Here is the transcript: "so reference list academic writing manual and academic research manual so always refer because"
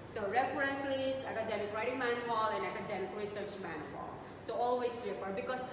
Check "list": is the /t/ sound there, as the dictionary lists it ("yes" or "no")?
no